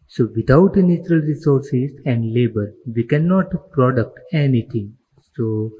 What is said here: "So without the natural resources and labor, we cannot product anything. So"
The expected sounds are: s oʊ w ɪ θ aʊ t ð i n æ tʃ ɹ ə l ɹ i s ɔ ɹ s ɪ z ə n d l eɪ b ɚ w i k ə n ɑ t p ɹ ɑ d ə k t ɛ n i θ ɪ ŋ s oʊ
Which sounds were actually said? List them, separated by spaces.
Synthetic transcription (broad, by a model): s oʊ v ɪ t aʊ t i n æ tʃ ɹ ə l ɹ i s ɔ ɹ s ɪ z ə n d l eɪ b ɚ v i k ə n ɑ t p ɹ ɑ d ə k t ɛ n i t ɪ ŋ s oʊ